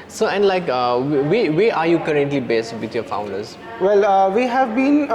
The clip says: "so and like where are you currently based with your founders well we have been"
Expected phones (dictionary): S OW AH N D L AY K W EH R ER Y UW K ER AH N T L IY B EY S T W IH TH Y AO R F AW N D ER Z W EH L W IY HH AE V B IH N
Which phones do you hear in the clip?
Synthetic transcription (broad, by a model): S OW AH N D L AY K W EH W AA Y UW K ER AH N T L IY B EY S T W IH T Y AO F AW N D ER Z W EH L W IY HH AE V B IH N